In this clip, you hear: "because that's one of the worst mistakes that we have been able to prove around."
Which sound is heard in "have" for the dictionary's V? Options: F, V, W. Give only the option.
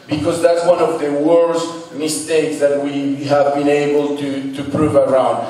V